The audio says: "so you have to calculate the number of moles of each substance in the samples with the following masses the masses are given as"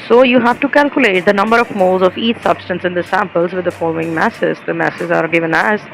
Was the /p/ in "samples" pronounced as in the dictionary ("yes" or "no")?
yes